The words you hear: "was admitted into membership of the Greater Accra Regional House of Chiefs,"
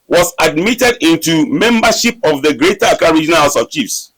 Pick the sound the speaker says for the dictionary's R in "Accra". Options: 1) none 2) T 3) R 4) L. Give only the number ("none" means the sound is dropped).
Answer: 1